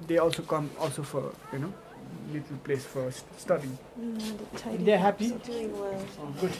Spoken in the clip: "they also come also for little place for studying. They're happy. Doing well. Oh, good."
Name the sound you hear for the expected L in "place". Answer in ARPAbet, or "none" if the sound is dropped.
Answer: L